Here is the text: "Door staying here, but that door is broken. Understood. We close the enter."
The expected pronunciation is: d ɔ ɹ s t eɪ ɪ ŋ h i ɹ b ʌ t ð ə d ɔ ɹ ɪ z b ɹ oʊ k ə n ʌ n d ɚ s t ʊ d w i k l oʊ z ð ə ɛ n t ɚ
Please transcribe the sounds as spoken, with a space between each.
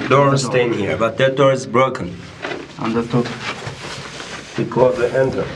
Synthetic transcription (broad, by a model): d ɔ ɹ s t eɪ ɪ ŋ h i ɹ b ʌ t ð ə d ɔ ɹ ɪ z b ɹ oʊ k ə n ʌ n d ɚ t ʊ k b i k oʊ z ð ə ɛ n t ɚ